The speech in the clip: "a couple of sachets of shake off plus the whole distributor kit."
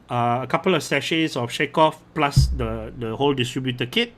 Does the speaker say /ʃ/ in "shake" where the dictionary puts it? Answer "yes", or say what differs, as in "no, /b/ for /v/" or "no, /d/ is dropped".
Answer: yes